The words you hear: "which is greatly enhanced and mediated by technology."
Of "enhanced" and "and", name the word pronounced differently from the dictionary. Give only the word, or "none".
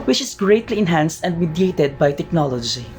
none